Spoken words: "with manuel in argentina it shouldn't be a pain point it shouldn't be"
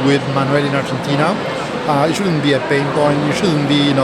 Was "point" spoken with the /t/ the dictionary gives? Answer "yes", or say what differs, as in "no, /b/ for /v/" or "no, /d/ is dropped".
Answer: no, /t/ is dropped